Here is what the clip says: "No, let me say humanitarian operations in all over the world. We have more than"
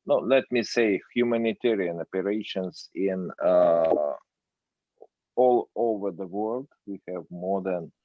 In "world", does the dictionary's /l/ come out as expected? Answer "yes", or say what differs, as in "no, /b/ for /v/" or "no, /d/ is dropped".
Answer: yes